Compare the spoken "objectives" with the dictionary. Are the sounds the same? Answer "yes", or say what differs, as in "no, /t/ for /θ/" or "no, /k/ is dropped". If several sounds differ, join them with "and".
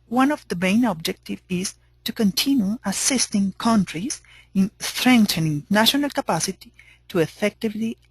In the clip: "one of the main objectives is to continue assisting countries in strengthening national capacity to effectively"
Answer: no, /z/ is dropped